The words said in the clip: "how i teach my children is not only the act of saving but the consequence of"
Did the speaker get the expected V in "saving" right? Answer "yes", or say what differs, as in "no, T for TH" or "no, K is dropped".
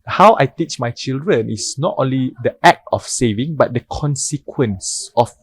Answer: yes